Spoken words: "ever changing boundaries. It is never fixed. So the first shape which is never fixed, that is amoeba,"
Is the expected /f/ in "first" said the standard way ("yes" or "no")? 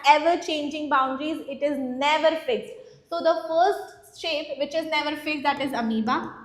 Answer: yes